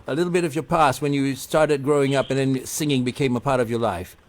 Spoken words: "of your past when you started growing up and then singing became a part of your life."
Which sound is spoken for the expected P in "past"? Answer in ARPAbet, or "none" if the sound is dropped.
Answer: P